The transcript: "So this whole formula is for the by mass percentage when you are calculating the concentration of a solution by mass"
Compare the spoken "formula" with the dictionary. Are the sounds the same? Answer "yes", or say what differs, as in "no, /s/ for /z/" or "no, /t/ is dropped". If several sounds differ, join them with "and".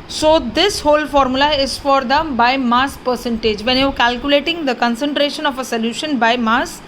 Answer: yes